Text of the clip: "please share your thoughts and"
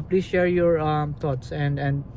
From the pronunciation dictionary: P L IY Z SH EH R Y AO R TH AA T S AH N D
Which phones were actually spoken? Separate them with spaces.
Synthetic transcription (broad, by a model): P L IY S SH EH R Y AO R T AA T S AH N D